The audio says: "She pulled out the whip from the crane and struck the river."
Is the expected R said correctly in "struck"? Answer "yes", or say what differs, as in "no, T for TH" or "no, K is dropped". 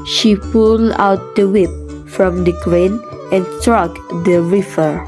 yes